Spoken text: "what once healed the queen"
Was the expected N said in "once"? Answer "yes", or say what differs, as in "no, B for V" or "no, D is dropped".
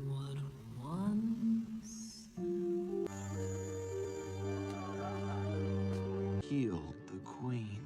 yes